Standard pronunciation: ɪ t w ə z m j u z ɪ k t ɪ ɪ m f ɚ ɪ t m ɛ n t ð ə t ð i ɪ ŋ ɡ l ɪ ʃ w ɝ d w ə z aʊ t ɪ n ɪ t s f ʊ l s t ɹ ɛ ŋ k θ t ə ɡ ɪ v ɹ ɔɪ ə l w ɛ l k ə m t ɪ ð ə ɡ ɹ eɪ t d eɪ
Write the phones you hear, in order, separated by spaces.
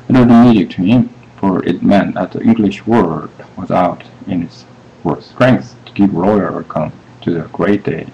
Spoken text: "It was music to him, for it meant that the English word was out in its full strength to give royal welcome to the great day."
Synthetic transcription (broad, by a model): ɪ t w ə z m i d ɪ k t ɪ ɪ m f ɚ ɪ t m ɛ n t ð ə t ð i ɪ ŋ ɡ l ɪ ʃ w ɝ d w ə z aʊ t ɪ n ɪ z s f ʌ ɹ s t ɹ ɛ ŋ k θ t ə ɡ ɪ v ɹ ɔɪ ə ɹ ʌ k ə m t ɪ ð ə ɡ ɹ eɪ t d eɪ